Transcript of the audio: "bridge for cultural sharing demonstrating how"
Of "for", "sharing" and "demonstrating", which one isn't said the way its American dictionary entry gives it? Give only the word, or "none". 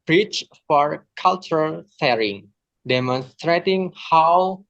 sharing